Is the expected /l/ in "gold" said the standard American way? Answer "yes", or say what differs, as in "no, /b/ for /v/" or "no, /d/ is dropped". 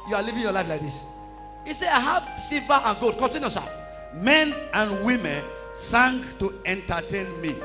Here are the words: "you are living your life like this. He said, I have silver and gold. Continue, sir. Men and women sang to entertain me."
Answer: no, /l/ is dropped